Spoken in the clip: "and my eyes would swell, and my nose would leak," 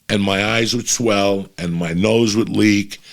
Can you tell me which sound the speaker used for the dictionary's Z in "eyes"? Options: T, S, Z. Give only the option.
Z